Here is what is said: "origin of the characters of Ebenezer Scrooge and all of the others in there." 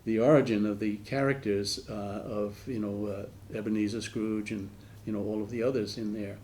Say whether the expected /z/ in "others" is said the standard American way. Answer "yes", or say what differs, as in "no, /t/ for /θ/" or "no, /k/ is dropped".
yes